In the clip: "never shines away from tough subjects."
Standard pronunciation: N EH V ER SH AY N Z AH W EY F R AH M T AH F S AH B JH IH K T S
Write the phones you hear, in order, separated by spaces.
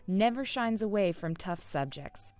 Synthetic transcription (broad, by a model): N EH V ER SH AY N Z AH W EY F R AH M T AH F S AH B JH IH K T S